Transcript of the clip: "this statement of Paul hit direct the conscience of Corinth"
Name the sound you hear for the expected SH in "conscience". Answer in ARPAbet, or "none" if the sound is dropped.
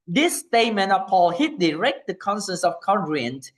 S